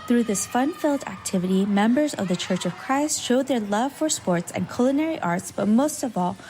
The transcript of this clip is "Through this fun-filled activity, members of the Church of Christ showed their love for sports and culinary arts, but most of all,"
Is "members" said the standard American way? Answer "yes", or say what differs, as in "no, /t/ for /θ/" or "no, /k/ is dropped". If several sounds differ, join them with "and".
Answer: yes